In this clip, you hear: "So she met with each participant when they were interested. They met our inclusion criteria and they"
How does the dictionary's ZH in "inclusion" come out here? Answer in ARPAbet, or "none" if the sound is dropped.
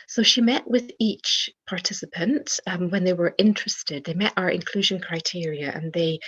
ZH